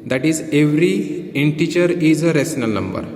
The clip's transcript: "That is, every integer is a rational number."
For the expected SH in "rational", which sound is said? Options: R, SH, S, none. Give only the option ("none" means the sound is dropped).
S